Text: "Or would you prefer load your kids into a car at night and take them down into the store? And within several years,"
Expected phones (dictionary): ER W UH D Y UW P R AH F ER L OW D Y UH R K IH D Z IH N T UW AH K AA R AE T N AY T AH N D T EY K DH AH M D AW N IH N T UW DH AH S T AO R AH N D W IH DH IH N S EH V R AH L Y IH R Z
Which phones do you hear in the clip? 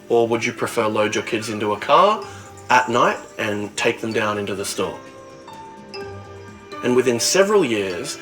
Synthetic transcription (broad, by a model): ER W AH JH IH P R AH F ER L OW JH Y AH R K IH D Z IH N T UW AH K AA R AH T N AY T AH N T EY K DH AH M D AW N IH N T UW DH AH S T AO R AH N W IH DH IH N S EH V R AH L Y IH R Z